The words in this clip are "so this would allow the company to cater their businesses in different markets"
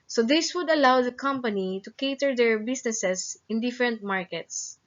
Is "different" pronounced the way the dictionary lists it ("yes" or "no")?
yes